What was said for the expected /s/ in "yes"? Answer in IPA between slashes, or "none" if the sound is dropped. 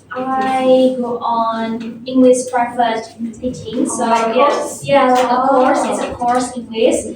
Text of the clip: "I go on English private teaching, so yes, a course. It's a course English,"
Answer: none